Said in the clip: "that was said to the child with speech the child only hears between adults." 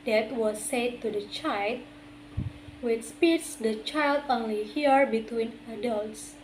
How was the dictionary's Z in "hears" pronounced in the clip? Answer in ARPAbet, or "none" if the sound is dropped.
none